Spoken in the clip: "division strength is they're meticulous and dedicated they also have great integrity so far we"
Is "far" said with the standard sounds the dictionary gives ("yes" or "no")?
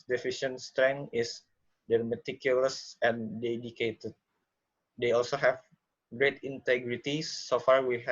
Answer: yes